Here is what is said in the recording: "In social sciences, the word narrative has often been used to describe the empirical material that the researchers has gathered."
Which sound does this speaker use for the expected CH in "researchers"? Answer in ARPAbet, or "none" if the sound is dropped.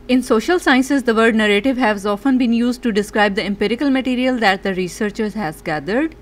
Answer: CH